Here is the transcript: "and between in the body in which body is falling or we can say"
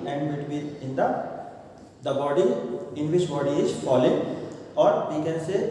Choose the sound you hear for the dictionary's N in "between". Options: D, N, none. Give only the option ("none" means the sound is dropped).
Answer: none